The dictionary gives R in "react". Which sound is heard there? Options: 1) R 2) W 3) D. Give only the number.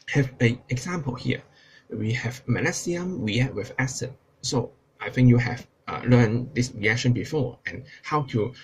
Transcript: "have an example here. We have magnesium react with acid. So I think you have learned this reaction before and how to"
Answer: 2